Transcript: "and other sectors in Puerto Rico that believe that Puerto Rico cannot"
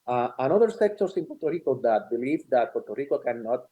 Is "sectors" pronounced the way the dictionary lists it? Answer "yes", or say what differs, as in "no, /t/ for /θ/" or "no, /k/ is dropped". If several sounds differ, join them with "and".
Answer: no, /s/ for /z/